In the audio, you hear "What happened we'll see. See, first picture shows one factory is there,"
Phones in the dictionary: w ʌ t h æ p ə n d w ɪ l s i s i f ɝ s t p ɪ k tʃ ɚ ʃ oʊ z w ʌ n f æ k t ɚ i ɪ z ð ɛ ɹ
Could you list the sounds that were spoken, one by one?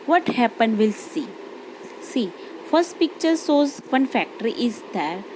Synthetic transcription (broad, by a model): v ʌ t h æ p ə n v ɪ l s i s i f ɝ s t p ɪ k tʃ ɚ s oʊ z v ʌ n f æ k t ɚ i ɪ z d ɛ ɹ